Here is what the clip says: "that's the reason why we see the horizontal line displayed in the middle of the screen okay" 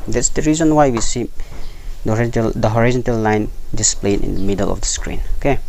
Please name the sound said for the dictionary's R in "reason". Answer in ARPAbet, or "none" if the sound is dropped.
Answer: R